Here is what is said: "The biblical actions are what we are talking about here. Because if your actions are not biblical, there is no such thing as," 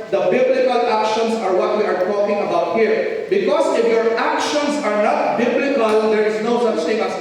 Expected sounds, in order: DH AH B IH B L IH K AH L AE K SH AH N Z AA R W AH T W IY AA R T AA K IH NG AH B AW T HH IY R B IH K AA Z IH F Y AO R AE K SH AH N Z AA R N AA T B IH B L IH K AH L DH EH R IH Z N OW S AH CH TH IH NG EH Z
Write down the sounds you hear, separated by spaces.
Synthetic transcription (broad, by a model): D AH B IH B L IH K AH L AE K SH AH N S AA R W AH T W IY AA R T AA K IH NG AH B AW T HH IY R B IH K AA S IH F Y AO R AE K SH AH N S AA R N AA T B IH B L IH K AH L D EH R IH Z N OW S AH CH T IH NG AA